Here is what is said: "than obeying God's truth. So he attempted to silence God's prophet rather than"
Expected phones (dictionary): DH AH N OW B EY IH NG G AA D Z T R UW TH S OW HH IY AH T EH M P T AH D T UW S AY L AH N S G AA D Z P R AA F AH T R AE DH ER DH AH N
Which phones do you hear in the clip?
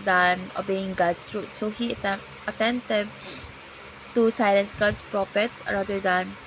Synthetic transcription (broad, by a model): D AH N OW B EY IH NG G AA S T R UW T S OW HH IY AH T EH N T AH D T UW S AY L AH N S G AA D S P R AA P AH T R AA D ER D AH N